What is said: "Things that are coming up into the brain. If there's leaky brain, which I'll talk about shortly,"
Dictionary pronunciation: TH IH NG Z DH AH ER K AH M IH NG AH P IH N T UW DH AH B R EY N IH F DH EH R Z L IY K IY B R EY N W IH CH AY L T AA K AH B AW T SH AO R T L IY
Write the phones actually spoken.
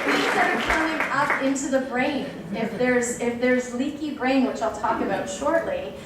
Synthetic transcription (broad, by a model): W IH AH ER K AH M IH NG AH P IH N T UW DH AH B R EY N IH F DH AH R Z L IY K IY B R EY N W IH CH AY L T AA K AH B AW T SH AO R T L IY